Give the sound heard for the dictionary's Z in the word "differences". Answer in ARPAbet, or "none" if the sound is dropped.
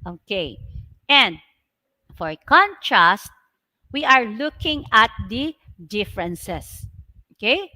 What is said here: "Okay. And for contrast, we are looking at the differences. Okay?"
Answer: S